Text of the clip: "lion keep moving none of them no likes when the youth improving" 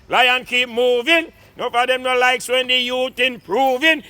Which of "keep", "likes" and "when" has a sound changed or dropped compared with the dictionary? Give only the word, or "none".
none